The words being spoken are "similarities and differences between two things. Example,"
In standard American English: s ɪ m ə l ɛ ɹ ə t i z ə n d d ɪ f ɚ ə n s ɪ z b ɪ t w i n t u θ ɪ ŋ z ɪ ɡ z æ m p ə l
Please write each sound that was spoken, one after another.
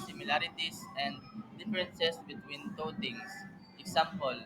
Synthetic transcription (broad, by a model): s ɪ m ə l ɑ ɹ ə t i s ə n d d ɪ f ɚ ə n s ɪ s b ɪ t w i n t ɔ t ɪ ŋ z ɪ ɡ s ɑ m p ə l